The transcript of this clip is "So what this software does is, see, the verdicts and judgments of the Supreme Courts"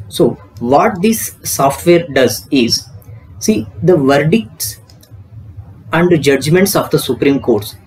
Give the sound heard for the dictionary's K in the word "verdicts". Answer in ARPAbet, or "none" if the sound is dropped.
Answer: K